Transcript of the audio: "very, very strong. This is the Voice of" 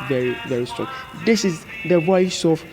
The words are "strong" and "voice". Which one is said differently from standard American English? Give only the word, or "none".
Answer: voice